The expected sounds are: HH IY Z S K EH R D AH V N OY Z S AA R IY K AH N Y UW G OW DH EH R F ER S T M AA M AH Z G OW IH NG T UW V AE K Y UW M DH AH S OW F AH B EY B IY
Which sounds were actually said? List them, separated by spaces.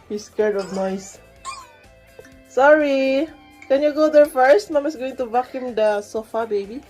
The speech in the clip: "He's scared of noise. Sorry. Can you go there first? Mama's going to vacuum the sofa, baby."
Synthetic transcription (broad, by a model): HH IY S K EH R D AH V N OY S S AA R IY K AH N Y UW G OW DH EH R F ER S T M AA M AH S G OW IH NG T UW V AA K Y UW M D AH S OW F AH B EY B IY